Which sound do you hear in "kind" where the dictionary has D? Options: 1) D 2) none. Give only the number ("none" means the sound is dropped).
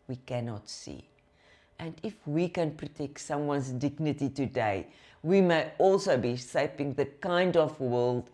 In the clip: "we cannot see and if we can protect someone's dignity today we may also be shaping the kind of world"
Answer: 1